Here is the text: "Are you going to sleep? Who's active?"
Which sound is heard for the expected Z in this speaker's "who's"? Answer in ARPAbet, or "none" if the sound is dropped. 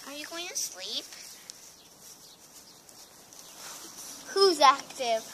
Z